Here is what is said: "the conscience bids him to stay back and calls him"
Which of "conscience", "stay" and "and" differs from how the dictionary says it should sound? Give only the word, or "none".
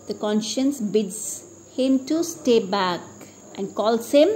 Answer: none